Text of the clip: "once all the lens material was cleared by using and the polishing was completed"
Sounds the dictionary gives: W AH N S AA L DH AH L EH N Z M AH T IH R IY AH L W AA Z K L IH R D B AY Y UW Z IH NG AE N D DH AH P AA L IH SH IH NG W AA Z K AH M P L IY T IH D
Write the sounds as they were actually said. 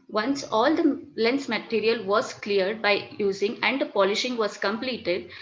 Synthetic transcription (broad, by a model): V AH N S AA L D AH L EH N S M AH T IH R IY AH L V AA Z K L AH R D B AY Y UW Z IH NG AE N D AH P AA L IH SH IH NG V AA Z K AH M P L IY T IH D